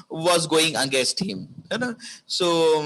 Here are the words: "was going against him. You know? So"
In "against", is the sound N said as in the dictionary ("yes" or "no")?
no